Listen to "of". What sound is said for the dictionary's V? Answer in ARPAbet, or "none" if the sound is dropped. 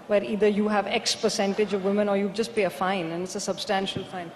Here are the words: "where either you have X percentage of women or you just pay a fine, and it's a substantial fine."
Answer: V